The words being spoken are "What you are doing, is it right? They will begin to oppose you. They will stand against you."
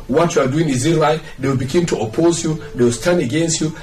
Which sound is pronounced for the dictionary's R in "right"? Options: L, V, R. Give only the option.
L